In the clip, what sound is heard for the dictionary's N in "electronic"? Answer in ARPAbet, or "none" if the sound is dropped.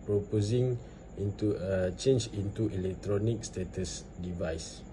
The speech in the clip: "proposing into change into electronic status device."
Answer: N